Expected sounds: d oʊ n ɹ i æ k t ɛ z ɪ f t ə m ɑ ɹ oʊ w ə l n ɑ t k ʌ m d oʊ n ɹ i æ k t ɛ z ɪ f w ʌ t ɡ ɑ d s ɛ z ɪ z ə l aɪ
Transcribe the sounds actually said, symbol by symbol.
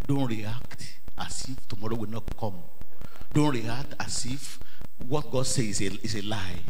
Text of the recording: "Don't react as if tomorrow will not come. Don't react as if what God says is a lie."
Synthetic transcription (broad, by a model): d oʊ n ɹ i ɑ k t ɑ s ɪ f t ə m ɑ ɹ oʊ w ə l n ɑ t k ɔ m d oʊ n ɹ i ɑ k t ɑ s ɪ f w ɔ t ɡ ɑ d s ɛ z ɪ s ə l aɪ